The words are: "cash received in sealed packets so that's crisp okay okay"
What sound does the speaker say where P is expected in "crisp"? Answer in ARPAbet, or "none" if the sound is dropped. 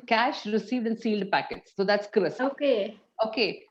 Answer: none